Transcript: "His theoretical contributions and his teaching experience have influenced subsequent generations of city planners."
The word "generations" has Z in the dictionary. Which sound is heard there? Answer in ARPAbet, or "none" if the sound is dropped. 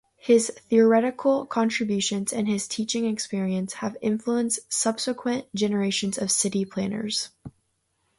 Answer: Z